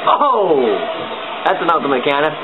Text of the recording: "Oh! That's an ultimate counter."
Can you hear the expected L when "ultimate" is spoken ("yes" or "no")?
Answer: no